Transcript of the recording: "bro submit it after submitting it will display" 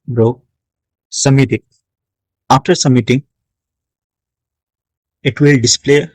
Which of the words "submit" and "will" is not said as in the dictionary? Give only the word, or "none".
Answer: submit